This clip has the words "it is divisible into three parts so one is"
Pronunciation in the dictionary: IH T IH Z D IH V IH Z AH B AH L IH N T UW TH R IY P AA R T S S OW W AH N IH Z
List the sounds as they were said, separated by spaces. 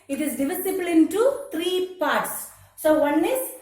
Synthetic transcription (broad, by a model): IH T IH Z D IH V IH S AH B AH L IH N T UW T R IY P AA R T S S OW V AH N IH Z